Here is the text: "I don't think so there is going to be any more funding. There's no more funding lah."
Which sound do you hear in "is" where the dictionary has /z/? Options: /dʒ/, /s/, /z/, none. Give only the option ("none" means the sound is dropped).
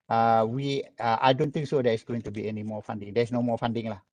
/s/